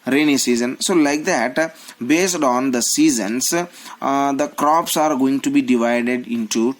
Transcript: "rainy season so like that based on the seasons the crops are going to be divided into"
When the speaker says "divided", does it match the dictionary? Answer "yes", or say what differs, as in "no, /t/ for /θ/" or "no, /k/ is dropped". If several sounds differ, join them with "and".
yes